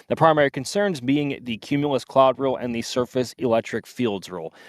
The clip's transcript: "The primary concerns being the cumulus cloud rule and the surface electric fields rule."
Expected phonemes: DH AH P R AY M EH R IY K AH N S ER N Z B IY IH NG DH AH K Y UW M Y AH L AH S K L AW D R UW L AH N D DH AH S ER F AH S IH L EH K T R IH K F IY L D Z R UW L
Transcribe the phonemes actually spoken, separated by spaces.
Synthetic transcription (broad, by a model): DH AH P R AY M EH R IY K AH N S ER N Z B IY IH NG DH AH K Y UW M Y L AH S K L AW D R UW L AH N DH AH S ER F AH S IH L EH K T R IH K F IY L D Z R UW L